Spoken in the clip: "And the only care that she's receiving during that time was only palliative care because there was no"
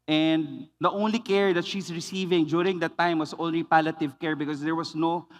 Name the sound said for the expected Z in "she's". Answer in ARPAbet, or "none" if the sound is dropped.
S